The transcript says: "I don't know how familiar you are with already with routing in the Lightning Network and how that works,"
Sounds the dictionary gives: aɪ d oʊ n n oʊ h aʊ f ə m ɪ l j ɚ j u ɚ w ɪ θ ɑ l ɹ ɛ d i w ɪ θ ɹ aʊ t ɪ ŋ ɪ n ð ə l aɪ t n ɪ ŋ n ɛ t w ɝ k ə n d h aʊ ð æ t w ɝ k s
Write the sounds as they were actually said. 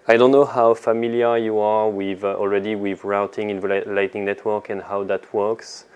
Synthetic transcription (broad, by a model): aɪ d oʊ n n oʊ h aʊ f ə m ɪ l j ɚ j u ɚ w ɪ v ɑ l ɹ ɛ d i w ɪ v ɹ aʊ t ɪ ŋ ɪ n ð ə l aɪ t n ɪ ŋ n ɛ t w ɝ k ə n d h aʊ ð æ t w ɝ k s